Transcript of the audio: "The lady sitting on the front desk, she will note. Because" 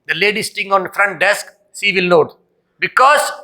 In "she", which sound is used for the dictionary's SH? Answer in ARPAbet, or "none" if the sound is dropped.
S